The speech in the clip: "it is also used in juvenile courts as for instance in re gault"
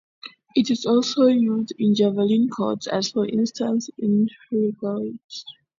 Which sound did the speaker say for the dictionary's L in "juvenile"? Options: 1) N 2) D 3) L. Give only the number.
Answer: 1